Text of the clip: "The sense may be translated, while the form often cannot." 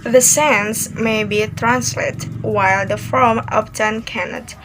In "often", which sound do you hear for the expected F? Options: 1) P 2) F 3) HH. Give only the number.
1